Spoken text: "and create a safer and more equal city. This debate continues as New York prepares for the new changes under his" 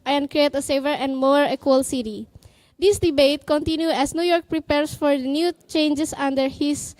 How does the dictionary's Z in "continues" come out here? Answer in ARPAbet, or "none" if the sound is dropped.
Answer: none